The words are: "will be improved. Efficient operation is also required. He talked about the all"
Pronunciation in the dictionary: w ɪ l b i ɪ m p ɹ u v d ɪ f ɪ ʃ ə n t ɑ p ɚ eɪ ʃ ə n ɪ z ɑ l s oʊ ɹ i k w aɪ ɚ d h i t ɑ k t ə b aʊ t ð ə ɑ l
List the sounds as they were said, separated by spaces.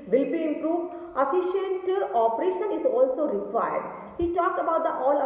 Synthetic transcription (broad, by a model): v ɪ l b i ɪ m p ɹ u v d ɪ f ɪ ʃ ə n t ɑ p ɚ eɪ ʃ ə n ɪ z ɑ l s oʊ ɹ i k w aɪ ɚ d h i t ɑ k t ə b aʊ t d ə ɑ l